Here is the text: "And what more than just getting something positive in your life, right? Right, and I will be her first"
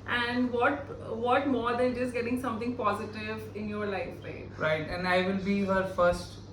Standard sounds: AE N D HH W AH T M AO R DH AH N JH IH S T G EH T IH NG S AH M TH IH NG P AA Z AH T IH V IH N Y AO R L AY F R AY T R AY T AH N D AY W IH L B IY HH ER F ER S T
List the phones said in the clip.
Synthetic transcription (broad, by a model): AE N D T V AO T M AO R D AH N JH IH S G EH T IH NG S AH M T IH NG P AA Z AH T IH V IH N Y AO R L AY F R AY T R AY T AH N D AY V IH L B IY HH ER F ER S T